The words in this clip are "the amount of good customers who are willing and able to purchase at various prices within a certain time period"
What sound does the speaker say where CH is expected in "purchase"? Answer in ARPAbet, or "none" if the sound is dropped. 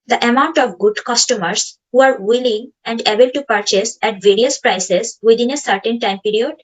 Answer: CH